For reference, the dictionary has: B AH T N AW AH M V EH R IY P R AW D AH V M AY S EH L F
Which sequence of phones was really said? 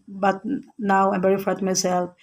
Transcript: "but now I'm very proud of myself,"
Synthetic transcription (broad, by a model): B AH T N AW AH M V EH R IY F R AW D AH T M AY S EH L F